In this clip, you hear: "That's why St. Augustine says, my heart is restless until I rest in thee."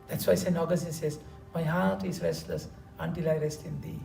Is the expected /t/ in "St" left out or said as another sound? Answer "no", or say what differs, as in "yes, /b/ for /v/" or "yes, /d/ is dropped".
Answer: yes, /t/ is dropped